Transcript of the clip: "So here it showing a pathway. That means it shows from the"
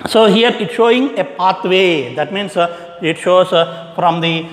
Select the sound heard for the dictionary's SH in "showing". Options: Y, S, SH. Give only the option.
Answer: SH